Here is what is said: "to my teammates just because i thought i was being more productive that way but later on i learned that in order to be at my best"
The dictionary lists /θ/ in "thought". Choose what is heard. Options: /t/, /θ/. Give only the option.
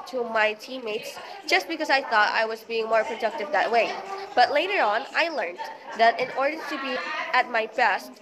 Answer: /θ/